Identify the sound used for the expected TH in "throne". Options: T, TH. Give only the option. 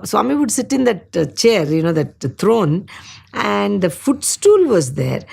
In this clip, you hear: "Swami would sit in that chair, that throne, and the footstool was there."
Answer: T